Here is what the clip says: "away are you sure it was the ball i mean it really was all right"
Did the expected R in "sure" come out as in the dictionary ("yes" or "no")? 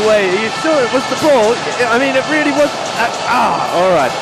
no